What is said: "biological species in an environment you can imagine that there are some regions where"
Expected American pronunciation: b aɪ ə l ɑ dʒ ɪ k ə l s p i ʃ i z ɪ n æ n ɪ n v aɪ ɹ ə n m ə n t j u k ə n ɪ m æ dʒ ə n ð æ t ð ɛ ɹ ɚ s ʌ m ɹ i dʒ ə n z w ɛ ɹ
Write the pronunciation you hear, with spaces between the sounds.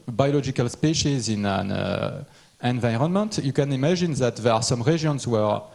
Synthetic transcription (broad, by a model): b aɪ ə l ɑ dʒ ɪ k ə l s p i ʃ i z ɪ n æ n ɪ n v aɪ ɹ ə n m ə n t j u k ə n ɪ m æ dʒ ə n ð æ t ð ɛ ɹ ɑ s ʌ m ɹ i ʒ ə n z w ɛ ɹ